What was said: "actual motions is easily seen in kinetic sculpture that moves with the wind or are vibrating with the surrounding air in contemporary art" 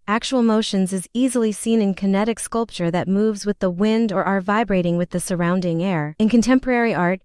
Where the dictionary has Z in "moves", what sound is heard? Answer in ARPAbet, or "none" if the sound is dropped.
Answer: Z